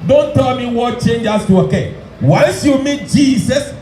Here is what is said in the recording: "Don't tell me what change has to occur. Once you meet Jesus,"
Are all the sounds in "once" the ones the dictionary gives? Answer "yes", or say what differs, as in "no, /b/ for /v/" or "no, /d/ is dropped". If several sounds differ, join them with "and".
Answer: no, /l/ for /n/